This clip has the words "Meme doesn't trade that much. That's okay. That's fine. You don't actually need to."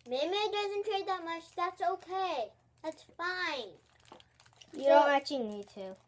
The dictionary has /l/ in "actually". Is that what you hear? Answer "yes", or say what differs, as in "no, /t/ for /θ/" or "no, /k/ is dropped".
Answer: no, /l/ is dropped